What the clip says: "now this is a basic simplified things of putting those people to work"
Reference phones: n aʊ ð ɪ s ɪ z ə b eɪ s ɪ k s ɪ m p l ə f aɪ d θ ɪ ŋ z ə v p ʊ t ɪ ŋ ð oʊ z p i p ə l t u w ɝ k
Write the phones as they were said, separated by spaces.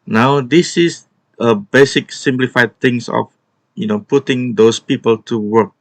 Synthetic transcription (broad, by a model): n aʊ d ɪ s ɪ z ə b eɪ s ɪ k s ɪ m p l ə f aɪ d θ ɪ ŋ s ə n p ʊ t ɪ ŋ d oʊ s p i p ə l t u w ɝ k